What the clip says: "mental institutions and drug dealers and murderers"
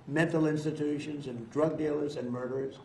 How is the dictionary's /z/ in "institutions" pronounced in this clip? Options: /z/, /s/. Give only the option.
/z/